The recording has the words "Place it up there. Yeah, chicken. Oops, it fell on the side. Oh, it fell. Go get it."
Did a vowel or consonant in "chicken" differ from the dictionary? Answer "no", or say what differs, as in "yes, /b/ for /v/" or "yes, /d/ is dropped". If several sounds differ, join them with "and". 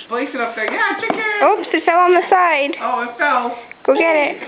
yes, /n/ is dropped